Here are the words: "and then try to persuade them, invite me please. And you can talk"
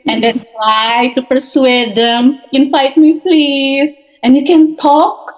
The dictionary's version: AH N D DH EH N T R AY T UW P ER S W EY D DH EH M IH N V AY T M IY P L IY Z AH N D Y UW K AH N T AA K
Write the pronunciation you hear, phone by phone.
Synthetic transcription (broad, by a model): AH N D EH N T R AY T UW P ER S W EY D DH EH M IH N F AY T M IY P L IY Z AH N D Y UW K AH N T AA K